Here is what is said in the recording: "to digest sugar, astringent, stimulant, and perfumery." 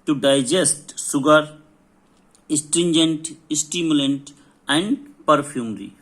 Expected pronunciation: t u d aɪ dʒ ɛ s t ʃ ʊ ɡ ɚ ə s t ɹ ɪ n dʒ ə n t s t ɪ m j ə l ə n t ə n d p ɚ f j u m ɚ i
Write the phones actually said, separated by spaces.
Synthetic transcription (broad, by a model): t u d aɪ dʒ ɛ s t s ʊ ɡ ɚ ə s t ɹ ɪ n dʒ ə n t s t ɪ m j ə l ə n t ə n d p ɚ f j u m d i